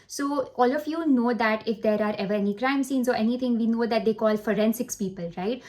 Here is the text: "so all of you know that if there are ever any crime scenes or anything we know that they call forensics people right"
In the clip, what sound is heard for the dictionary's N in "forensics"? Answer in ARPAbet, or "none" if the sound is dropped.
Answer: N